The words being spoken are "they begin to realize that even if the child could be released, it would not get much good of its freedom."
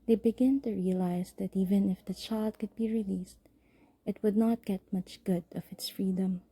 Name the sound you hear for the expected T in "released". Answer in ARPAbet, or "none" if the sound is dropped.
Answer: T